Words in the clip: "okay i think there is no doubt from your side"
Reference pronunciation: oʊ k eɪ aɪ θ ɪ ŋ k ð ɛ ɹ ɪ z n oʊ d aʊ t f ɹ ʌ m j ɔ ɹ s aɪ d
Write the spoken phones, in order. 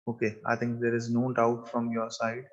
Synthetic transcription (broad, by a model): oʊ k eɪ aɪ t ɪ ŋ k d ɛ ɹ ɪ z n oʊ d aʊ t f ɹ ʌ m j ɔ ɹ s aɪ d